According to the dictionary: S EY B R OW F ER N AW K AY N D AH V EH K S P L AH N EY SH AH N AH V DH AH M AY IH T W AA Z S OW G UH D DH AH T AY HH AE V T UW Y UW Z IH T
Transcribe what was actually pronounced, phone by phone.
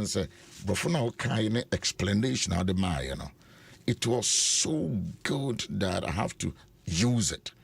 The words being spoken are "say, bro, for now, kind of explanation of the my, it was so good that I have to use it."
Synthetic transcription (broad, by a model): S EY B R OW F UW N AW K AY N AH EH K S P L AH N EY SH AH N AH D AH M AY IH T W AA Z S OW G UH D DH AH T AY HH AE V T UW Y UW Z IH T